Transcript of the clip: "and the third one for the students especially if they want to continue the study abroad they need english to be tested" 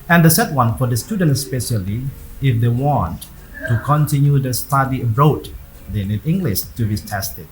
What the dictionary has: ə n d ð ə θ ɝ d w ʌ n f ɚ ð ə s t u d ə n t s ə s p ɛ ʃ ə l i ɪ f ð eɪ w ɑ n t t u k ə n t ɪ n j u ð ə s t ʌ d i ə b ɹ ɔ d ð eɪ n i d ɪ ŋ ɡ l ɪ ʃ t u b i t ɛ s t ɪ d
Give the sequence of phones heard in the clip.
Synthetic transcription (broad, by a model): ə n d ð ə s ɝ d w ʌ n f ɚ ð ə s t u d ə n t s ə s p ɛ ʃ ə l i ɪ f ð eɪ w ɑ n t t u k ə n t ɪ n j u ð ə s t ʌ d i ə ɹ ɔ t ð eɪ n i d ɪ ŋ ɡ l ɪ ʃ t u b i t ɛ s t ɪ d